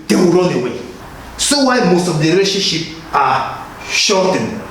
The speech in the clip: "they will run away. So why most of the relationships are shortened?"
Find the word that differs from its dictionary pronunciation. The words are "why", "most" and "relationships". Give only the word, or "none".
relationships